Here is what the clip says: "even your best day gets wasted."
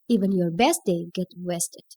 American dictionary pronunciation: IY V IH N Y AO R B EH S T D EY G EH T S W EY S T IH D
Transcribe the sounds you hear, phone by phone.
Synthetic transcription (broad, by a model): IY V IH N Y AO R B EH S T D EY G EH T W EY S T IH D